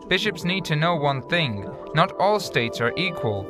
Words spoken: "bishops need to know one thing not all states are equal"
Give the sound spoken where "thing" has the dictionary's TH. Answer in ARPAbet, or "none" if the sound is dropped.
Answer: TH